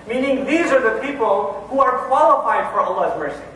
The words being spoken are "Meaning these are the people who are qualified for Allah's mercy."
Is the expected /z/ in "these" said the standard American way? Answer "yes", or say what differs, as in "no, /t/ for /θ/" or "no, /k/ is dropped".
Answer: yes